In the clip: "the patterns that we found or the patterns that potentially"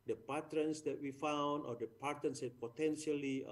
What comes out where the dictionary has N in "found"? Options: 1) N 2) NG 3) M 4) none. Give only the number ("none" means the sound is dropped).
1